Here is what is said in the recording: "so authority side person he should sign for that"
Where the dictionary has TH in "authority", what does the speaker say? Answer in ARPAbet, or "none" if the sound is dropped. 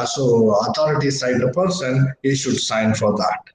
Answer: T